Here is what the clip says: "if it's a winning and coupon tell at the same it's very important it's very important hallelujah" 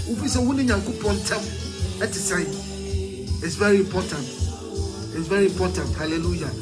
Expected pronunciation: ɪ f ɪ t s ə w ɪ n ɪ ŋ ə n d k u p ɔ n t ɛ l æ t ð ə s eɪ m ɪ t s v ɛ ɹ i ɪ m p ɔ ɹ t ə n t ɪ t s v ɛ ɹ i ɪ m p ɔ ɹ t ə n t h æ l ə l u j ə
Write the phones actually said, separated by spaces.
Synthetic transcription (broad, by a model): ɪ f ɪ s ə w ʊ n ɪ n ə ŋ k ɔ p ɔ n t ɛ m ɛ t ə s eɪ ɪ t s v ɛ ɹ i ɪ m p ɔ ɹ t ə n t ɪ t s v ɛ ɹ i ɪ m p ɔ t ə n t h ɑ l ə l u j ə